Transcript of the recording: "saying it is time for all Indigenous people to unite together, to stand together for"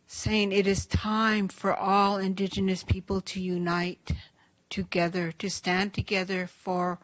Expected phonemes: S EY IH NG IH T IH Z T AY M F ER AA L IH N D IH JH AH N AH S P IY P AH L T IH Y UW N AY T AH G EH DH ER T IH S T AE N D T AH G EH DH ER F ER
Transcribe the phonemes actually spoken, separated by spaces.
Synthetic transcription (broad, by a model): S EY IH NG IH T IH Z T AY M F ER AA L IH N D IH JH AH N AH S P IY P L T IH Y UW N AY T AH G EH DH ER T IH S T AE N T AH G EH DH ER F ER